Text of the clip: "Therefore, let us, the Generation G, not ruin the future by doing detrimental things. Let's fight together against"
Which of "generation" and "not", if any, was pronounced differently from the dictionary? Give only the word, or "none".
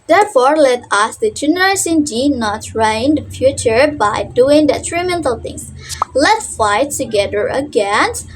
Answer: generation